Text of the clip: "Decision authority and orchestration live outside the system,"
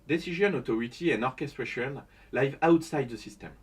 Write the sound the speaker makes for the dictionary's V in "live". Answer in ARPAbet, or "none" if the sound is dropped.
V